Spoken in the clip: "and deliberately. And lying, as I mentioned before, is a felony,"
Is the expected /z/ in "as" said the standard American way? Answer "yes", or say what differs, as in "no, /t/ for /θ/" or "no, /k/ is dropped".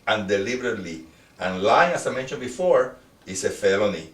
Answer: no, /s/ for /z/